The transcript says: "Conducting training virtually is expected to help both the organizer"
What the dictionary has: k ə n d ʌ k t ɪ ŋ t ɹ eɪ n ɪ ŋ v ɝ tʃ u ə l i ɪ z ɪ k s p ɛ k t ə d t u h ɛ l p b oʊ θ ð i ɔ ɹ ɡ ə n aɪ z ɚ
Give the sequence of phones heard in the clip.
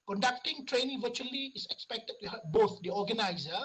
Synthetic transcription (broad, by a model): k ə n d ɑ k t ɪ ŋ t ɹ eɪ n ɪ ŋ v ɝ tʃ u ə l i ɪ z ɪ k s p ɛ k t ə d t u h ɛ p b oʊ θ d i ɔ ɡ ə n aɪ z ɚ